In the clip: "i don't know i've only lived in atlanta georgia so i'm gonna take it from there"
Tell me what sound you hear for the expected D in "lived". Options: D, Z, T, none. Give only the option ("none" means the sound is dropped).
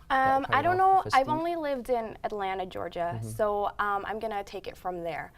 D